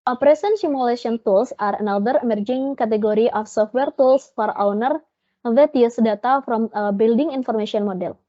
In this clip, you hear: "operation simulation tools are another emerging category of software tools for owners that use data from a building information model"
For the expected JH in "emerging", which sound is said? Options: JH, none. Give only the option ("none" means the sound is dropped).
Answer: JH